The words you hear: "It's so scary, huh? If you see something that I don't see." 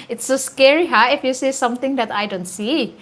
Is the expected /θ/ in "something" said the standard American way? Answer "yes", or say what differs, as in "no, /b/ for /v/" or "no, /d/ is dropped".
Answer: no, /t/ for /θ/